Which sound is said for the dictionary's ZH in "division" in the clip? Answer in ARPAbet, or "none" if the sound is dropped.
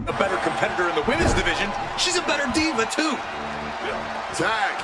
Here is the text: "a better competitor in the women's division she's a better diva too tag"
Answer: ZH